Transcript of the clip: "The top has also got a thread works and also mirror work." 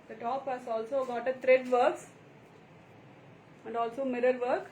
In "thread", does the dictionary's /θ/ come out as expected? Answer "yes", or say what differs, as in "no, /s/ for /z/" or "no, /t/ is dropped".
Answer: no, /t/ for /θ/